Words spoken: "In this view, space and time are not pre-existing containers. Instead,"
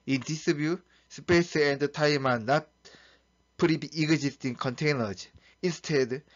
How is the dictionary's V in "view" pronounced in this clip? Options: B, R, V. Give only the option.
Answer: B